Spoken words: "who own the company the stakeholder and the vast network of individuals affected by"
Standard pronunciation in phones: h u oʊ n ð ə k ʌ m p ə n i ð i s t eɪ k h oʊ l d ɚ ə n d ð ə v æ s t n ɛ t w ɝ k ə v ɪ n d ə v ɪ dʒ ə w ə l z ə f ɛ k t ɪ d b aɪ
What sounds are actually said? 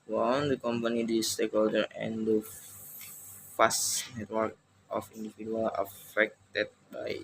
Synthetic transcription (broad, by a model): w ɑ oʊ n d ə k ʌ m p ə n i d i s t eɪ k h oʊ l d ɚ ə n d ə f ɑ s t n ɛ t w ɝ k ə f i n d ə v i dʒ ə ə l ə f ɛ k t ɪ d b aɪ